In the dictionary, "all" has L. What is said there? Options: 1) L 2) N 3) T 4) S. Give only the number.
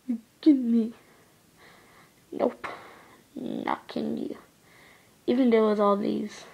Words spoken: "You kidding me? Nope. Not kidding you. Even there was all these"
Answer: 1